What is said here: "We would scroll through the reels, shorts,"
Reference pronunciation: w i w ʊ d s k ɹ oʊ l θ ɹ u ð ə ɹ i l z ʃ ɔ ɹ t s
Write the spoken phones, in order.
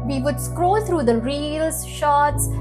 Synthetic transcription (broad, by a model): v i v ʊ d s k ɹ oʊ l t ɹ u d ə ɹ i l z ʃ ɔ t s